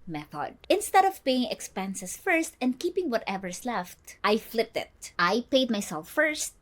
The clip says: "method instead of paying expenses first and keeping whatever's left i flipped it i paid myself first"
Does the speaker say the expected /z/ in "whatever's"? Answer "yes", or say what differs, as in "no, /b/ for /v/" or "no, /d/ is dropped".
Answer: no, /s/ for /z/